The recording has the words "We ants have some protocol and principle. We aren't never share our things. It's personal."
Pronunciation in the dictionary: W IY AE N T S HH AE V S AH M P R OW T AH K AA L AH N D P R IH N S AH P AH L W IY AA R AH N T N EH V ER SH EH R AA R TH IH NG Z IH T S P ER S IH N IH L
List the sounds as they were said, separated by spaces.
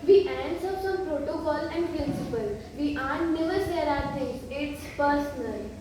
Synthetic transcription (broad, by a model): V IY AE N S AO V S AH M P R OW T AH K AA L AH N D P R IH N S AH P AH L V IY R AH T N EH V ER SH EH R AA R T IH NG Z IH T S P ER S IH N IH L